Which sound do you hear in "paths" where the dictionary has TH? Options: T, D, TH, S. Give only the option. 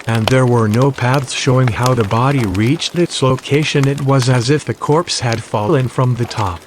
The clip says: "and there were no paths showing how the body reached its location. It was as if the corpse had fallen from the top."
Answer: TH